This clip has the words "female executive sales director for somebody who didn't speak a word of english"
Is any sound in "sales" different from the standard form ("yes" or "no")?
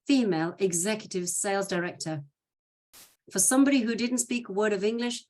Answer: no